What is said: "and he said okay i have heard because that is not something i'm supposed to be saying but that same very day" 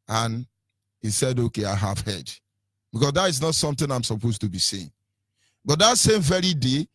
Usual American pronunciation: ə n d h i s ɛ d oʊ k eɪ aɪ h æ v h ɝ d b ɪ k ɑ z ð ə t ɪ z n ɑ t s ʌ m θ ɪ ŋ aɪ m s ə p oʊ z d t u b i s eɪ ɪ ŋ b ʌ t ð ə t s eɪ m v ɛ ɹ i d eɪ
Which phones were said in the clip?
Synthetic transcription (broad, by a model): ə n h i s ɛ d oʊ k eɪ aɪ h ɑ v h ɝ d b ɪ k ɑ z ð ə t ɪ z n ɑ t s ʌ m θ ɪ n aɪ m s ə p oʊ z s t u b i s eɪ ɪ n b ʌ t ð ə t s eɪ m v ɛ ɹ i d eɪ